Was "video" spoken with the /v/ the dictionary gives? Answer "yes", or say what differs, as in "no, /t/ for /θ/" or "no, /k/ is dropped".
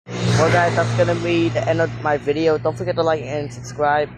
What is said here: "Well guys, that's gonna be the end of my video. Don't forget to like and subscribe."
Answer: yes